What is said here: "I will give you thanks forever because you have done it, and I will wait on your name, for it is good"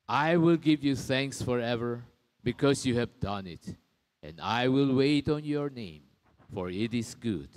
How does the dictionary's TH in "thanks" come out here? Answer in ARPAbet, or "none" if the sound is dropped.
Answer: TH